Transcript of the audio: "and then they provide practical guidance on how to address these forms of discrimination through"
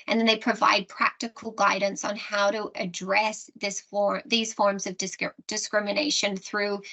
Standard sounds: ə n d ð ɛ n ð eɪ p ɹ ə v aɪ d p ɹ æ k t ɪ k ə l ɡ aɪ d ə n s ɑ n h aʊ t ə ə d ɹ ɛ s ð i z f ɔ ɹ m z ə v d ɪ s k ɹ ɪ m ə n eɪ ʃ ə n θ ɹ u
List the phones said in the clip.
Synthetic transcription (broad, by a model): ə n ð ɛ n ð eɪ p ɹ ə v aɪ d p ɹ æ k t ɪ k l ɡ aɪ d n s n h aʊ t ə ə d ɹ ɛ s ð i z f ɔ ɹ m z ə v d ɪ s k ɹ ɪ m ə n eɪ ʃ ə n θ ɹ u